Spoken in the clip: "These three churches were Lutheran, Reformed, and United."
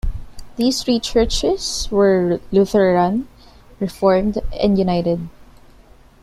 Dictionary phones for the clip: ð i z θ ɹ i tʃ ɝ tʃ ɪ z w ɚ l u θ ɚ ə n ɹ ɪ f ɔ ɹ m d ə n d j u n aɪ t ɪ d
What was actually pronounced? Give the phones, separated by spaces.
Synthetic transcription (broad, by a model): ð i s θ ɹ i tʃ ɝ tʃ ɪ s w ɚ l u θ ɚ ə n ɹ ɪ f ɔ ɹ m d ə n d j u n aɪ t ɪ d